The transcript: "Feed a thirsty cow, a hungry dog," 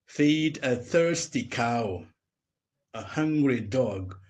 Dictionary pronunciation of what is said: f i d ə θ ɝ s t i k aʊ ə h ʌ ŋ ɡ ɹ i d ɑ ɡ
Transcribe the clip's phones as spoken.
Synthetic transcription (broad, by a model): f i d ə θ ɝ s t i k aʊ ə h ʌ ŋ ɡ ɹ i d ɑ ɡ